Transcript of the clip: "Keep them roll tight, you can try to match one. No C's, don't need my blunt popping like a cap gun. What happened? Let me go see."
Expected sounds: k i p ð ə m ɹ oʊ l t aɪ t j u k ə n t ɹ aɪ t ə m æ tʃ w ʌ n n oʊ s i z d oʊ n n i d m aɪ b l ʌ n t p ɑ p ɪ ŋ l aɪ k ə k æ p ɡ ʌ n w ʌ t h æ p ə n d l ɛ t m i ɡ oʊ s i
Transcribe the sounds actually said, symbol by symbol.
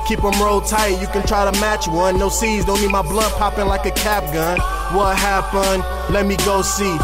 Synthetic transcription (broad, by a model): k i p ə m ɹ oʊ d t aɪ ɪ j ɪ k ə n t ɹ aɪ t ə m æ tʃ w ʌ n n oʊ s i z d oʊ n n i d m aɪ b l ʌ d p ɑ p ɪ ŋ l aɪ k ə k æ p ɡ ʌ n w ʌ t h æ p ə n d l ɛ t m i ɡ oʊ s i